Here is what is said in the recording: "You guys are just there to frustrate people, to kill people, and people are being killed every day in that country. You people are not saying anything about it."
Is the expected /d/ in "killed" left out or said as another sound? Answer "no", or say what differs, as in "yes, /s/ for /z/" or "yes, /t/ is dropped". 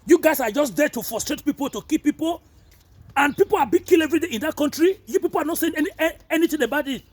yes, /d/ is dropped